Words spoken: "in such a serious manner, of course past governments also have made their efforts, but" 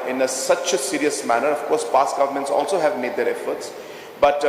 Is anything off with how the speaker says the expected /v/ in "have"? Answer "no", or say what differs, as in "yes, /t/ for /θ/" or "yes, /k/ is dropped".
no